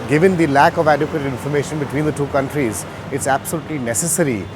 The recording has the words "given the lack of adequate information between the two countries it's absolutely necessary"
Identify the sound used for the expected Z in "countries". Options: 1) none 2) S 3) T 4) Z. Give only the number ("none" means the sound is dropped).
4